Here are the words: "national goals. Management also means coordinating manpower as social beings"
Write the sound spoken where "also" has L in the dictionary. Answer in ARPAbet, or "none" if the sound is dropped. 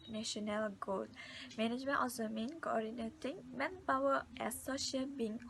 none